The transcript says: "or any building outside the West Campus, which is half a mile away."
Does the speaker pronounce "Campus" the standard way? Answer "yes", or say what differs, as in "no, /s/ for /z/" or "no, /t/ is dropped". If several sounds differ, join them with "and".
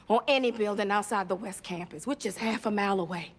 yes